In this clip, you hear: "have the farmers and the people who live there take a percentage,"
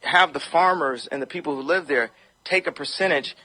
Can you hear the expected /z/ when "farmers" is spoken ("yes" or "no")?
yes